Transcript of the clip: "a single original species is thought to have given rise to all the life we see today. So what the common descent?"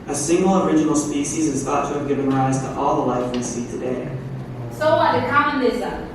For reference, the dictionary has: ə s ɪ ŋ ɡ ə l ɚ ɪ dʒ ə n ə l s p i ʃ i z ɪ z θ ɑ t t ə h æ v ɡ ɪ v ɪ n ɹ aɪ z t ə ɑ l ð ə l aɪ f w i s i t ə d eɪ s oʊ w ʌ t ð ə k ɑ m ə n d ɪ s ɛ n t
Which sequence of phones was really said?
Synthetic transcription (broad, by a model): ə s ɪ ŋ ɡ l ɚ ɪ dʒ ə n l s p i ʃ i z ɪ z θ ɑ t t ə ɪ v ɡ ɪ v ɪ n ɹ aɪ z t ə ɑ l ð ə l aɪ f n s i t ə d eɪ s oʊ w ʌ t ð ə k ɑ m ə n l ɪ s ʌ